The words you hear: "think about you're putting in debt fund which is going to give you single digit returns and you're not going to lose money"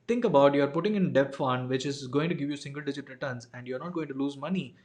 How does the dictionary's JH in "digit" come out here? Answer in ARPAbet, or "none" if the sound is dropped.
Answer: JH